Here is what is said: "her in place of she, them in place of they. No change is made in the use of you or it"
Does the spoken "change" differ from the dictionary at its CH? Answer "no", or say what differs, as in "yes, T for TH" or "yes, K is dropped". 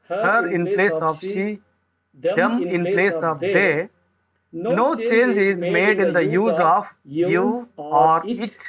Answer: no